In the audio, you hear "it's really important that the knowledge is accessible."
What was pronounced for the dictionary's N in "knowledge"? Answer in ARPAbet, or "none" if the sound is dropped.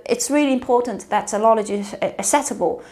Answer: L